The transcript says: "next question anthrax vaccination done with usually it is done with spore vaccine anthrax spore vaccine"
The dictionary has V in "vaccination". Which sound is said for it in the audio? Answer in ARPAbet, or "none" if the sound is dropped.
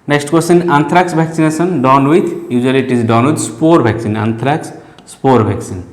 B